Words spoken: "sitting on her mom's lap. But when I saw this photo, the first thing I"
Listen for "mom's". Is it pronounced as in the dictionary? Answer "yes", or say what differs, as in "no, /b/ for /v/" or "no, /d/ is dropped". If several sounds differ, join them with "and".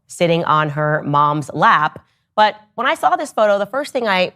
yes